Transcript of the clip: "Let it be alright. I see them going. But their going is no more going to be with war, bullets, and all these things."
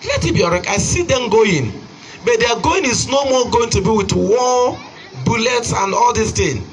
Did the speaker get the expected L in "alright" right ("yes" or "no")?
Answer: no